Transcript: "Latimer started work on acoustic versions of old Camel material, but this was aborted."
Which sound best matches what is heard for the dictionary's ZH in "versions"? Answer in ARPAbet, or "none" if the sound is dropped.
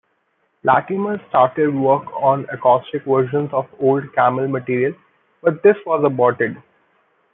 SH